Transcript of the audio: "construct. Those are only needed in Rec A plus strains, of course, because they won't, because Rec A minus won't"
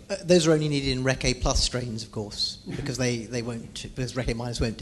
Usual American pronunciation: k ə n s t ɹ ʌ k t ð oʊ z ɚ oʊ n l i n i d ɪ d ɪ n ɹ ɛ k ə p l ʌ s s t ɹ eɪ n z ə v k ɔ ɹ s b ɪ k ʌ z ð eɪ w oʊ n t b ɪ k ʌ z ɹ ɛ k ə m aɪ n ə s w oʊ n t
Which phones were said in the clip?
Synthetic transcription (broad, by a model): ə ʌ ð oʊ z ɚ oʊ n l i n i d ɪ d ɪ n ɹ ɛ k ə p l ʌ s s t ɹ eɪ n z ə v k ɔ ɹ s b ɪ k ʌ z ð eɪ w oʊ n t b ɪ k ʌ z ɹ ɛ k ə m aɪ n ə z w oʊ n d